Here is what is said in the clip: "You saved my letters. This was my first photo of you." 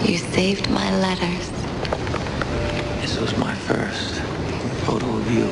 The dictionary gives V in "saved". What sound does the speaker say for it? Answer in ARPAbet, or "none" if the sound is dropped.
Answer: V